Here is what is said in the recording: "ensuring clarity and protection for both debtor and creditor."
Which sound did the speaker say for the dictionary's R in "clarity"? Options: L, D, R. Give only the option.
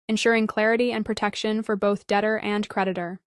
R